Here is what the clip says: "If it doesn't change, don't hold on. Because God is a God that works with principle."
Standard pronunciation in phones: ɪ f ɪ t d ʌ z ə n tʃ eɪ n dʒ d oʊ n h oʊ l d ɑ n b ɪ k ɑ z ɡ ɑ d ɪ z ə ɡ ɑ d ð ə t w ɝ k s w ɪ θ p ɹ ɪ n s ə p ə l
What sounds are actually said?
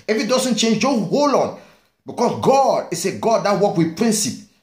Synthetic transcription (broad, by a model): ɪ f ɪ t d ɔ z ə n tʃ eɪ n dʒ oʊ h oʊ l ɑ n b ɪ k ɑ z ɡ ɑ d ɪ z ə ɡ ɑ d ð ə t w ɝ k w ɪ p ɹ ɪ n s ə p